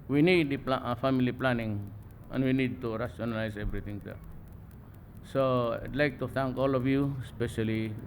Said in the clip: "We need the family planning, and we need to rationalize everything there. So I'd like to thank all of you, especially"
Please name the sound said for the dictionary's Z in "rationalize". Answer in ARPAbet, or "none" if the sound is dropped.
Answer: S